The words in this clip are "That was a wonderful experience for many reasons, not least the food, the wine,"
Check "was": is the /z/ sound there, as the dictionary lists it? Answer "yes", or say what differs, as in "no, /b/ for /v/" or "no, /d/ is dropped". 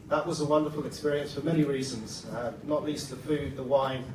yes